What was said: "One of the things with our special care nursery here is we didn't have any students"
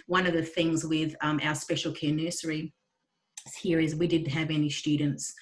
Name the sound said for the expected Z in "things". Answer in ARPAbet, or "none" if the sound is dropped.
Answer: Z